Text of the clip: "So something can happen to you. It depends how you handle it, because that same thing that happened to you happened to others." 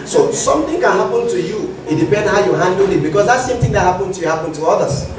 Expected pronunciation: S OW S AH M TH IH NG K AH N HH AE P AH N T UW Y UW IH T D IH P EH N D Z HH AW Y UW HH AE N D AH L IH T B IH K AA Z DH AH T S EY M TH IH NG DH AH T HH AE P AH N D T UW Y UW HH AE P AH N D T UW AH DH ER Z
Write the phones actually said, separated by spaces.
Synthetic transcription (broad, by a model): S OW S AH M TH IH NG K AH N HH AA P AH N T UW Y UW IH T D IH P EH N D HH AW Y UW HH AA N D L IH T B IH K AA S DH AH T S EY M T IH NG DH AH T HH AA P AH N T UW Y UW HH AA P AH N T UW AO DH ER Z